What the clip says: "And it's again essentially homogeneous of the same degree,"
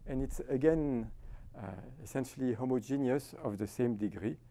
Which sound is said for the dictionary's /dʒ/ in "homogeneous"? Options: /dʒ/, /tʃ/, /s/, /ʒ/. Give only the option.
/dʒ/